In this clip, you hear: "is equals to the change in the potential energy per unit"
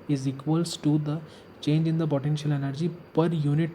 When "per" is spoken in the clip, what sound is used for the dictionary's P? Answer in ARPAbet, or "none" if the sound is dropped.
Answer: P